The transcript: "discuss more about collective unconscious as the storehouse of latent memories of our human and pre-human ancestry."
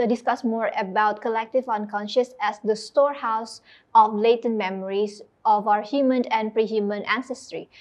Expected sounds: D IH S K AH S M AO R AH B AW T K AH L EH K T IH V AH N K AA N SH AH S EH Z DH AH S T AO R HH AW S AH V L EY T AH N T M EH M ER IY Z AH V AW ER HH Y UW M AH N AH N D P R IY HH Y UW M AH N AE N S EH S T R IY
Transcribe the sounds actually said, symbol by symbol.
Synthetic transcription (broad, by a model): D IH S K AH S M AO R AH B AW T K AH L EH K T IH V AH N K AA N SH AH S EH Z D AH S T AO R HH AW S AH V L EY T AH N M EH M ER IY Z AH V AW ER HH Y UW M AH N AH N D P R IY HH Y UW M AH N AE N S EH S T R IY